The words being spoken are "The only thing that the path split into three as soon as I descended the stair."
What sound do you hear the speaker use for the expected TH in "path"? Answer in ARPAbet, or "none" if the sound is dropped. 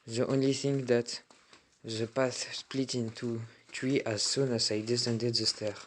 S